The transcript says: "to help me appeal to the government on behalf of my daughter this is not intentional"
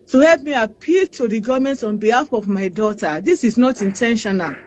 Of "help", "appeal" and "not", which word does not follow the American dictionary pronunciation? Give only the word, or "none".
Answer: none